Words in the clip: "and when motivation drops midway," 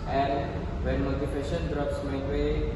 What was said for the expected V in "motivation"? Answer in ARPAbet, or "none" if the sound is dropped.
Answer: F